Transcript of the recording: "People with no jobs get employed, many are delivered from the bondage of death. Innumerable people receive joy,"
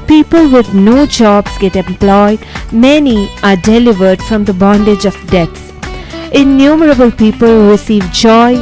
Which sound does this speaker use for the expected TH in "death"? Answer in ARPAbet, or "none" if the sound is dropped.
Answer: S